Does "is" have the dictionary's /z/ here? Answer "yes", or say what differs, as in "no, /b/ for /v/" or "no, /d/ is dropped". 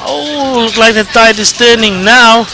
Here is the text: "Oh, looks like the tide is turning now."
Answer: no, /s/ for /z/